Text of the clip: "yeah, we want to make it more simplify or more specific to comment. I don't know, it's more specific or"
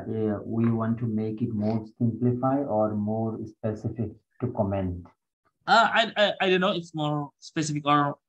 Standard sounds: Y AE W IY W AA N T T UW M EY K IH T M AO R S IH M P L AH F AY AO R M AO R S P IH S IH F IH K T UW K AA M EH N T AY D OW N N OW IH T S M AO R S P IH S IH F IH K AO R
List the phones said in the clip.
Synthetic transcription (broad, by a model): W IY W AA N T T UW M EY K IH T M AO R S IH M P L AH F AY AO R M AO R S P IH S IH F IH K T UW K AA M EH N T AY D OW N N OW IH T S M AO R S P IH S IH F IH K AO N